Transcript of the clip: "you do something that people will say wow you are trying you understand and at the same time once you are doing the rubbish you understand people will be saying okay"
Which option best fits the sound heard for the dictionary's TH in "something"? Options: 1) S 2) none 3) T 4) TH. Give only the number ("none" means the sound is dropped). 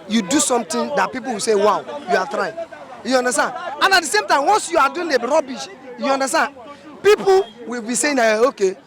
3